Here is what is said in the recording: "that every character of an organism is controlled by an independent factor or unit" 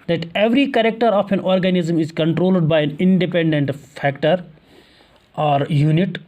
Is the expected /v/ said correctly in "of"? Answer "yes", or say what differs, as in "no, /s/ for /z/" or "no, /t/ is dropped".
no, /p/ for /v/